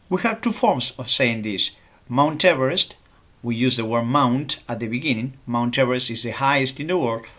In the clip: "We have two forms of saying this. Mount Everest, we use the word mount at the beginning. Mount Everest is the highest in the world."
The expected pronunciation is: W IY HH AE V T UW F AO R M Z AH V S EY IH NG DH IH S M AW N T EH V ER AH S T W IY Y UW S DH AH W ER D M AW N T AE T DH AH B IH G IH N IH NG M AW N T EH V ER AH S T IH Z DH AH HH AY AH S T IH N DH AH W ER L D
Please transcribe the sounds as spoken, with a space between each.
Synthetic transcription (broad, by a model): W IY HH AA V T UW F AO R M S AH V S EY IH NG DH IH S M AW N T EH V ER AH S T W IY Y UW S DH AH W ER D M AW N T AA T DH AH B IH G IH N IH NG M AW N T EH V ER AH S T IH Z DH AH HH AY AH S T IH N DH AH W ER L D